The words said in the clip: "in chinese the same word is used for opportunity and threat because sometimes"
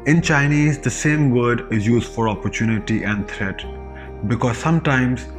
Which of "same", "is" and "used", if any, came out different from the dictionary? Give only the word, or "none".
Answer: none